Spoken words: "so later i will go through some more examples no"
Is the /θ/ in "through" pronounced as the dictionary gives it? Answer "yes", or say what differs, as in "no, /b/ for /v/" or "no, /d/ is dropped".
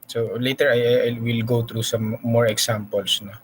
no, /t/ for /θ/